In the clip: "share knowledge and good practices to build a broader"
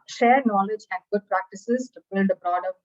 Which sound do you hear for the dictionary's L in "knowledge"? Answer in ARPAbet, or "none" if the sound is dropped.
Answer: L